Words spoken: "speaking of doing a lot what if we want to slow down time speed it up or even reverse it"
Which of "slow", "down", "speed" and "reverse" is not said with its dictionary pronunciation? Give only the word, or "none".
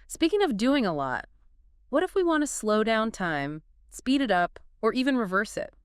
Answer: none